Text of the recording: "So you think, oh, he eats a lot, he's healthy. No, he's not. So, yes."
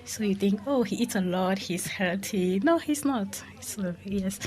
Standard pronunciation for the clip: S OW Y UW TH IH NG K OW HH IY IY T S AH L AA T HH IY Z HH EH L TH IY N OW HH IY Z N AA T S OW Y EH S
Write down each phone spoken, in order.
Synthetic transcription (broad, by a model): S OW Y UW TH IH NG K OW HH IY IY T S AH L AA T HH IY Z HH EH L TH IY N OW HH IY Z N AA T S OW Y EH S